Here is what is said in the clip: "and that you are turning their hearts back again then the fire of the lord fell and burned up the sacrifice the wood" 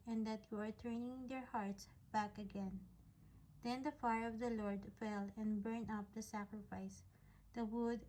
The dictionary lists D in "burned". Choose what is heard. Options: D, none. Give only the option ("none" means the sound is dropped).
none